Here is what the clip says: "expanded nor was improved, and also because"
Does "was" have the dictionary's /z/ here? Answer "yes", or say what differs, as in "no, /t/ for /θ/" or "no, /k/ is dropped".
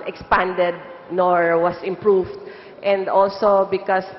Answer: no, /s/ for /z/